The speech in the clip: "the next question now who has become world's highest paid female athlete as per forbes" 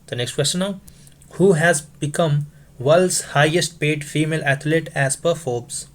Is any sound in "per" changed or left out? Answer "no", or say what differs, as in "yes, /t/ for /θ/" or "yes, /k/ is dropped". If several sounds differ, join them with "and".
no